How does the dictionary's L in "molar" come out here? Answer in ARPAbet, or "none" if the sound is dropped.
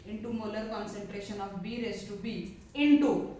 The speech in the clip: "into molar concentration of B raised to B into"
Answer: L